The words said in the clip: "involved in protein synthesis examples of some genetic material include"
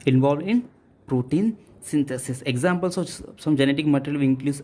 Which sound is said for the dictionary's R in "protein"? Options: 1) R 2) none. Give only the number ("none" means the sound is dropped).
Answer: 1